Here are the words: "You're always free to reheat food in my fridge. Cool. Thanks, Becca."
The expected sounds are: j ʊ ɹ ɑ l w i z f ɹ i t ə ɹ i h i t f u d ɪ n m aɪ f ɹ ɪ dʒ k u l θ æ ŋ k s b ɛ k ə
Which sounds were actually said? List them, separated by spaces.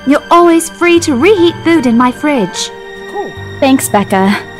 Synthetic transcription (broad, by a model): j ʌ ɹ ɑ l w i z f ɹ i t ə ɹ i h i t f u d ɪ n m aɪ f ɹ ɪ dʒ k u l θ æ ŋ k s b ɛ k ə